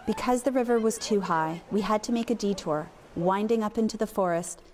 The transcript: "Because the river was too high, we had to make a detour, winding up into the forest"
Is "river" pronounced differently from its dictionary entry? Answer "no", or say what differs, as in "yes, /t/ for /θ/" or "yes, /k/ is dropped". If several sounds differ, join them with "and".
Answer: no